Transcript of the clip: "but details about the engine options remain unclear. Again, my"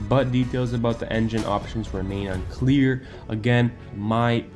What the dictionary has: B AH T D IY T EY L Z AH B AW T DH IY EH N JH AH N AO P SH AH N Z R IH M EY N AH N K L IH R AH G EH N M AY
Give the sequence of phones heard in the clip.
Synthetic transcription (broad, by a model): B AH T D IY T EY L Z AH B AW T DH IY EH N JH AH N AO P SH AH N Z R IH M EY N AH N K L IH R AH G EH N M AY